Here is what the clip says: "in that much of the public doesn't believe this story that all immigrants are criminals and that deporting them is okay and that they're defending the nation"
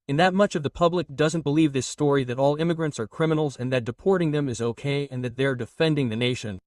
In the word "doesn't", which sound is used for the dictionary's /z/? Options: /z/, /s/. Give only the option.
/z/